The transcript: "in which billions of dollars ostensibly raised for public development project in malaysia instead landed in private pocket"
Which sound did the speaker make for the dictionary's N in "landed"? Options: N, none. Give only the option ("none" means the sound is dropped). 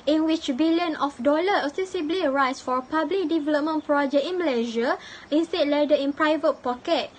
none